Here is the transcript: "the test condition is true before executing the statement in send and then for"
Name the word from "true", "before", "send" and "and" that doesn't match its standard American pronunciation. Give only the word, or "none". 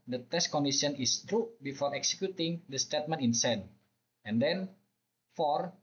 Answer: send